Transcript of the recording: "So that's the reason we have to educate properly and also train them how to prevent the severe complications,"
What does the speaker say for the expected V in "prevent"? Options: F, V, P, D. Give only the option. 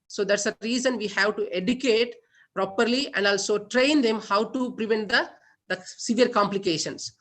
V